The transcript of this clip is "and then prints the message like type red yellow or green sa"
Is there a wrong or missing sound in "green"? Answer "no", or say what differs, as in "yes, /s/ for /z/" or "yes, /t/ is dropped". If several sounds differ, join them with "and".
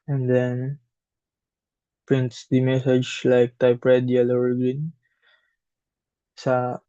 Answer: yes, /ɹ/ is dropped